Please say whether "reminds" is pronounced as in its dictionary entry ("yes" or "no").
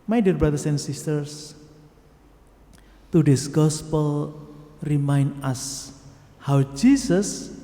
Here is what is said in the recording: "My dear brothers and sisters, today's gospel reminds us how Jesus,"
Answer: no